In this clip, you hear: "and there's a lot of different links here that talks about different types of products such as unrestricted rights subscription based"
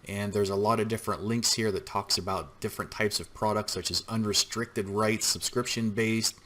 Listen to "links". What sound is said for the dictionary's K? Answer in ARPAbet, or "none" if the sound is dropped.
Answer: K